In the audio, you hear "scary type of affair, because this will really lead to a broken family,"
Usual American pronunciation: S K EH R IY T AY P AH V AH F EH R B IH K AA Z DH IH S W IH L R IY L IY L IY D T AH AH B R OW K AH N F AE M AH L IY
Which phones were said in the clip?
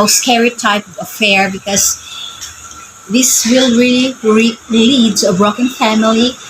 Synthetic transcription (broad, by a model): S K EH R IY T AY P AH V AH F EH R B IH K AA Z DH IH S W IH L R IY L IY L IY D S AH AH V R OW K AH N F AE M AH L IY